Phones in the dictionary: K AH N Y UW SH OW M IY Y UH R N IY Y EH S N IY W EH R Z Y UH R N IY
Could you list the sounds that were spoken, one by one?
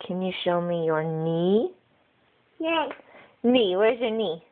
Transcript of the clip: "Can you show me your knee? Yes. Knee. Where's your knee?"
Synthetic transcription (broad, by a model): K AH N Y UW SH OW M IY Y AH R N IY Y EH N IY W EH R Z Y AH R N IY